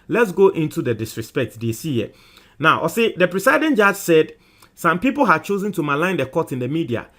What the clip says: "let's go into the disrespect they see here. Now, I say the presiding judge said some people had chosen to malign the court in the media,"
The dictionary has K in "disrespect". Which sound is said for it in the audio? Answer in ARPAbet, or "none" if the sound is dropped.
K